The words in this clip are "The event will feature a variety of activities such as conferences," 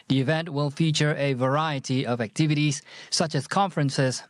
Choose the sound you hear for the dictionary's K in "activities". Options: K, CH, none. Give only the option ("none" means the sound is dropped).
K